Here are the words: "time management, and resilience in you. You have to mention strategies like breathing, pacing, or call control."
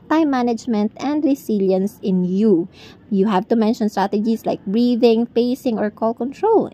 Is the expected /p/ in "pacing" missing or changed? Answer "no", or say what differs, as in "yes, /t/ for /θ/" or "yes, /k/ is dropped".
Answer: yes, /f/ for /p/